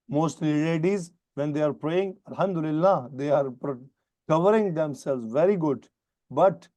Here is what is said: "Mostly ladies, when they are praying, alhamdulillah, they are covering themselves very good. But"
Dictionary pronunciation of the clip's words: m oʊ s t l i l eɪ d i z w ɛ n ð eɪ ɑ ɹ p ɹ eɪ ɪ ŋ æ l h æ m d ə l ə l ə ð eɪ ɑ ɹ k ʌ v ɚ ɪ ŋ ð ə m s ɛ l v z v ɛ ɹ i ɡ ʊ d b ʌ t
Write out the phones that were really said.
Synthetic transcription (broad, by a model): m oʊ s t l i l eɪ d i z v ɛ n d eɪ ɑ ɹ p ɹ eɪ ɪ ŋ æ l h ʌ m d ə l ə l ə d eɪ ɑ ɹ k ʌ v ɚ ɪ ŋ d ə m s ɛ l z v ɛ ɹ i ɡ ʊ d b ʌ t